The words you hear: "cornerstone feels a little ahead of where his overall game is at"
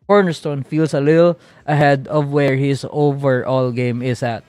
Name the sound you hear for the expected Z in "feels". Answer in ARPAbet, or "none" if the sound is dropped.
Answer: S